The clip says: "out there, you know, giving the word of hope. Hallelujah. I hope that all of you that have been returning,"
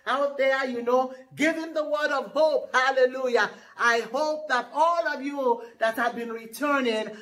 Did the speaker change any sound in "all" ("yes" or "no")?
no